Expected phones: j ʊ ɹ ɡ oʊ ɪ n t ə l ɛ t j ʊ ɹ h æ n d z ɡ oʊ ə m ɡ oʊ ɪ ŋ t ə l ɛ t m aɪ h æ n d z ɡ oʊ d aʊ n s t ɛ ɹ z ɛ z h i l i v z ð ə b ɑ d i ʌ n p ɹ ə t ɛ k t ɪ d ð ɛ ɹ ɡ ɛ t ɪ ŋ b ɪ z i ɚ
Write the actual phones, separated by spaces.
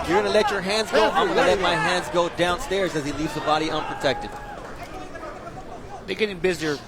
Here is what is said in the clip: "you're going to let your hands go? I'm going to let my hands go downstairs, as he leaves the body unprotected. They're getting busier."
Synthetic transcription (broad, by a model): j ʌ ɹ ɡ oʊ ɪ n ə l ɛ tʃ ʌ ɹ h æ n d z ɡ oʊ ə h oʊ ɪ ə l ɛ t m aɪ h æ n d z ɡ oʊ d aʊ n s t ɛ ɹ z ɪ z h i l i v z ð ə b ɑ d i ʌ n p ɹ ə t ɛ k t ɪ d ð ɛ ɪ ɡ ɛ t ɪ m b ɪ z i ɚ